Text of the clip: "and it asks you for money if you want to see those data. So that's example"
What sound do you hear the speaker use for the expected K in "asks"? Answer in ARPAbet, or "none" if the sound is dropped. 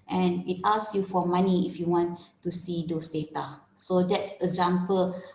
none